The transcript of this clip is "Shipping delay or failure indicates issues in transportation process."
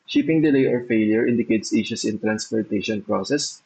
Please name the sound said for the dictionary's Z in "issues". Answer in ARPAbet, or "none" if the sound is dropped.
S